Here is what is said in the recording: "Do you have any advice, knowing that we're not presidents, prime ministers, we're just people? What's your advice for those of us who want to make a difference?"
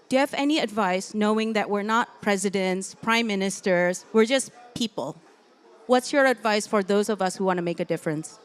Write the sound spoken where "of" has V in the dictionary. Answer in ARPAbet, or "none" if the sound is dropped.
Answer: V